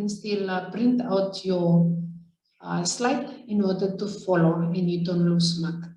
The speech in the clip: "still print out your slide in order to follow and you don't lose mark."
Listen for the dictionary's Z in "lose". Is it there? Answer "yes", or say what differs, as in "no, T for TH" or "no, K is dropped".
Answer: no, S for Z